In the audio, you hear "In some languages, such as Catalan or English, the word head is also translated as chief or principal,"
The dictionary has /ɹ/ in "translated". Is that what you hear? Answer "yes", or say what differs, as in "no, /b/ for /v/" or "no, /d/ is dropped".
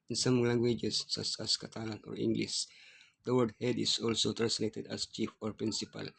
no, /ɹ/ is dropped